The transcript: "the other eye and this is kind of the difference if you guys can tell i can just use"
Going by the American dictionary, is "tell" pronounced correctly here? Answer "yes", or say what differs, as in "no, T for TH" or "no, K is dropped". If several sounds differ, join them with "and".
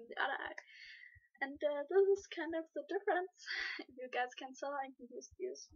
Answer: no, S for T